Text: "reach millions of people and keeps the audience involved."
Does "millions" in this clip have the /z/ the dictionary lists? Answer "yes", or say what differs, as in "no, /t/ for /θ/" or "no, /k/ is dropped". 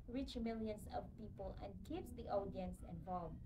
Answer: no, /s/ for /z/